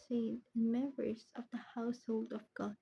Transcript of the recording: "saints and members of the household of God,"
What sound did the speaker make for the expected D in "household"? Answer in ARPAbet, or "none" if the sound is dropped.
D